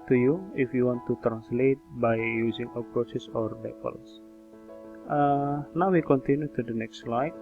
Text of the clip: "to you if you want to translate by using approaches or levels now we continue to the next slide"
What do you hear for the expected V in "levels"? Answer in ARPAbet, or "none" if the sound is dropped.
P